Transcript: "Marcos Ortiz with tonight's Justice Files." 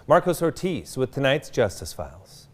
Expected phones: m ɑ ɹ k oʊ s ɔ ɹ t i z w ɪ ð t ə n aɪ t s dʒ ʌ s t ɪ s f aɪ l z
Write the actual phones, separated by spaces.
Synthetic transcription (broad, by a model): m ɑ ɹ k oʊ s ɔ ɹ t i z w ɪ ð t ə n aɪ t s dʒ ʌ s t ɪ s f aɪ l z